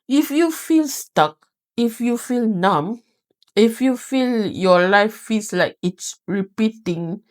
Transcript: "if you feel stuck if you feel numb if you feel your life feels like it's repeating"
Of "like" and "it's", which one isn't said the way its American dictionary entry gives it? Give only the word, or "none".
none